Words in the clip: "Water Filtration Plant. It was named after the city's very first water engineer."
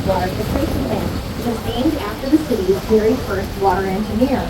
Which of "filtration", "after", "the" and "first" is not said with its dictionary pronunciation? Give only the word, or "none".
filtration